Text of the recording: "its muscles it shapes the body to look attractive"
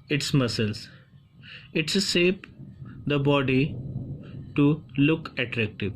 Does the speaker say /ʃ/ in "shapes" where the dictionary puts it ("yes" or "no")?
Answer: no